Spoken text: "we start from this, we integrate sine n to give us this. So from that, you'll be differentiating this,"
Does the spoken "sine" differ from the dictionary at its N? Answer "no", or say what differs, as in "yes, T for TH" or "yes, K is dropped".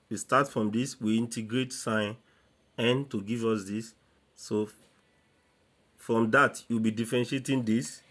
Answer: no